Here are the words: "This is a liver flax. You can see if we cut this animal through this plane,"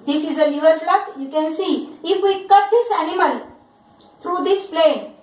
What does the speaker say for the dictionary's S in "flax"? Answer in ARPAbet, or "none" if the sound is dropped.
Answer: none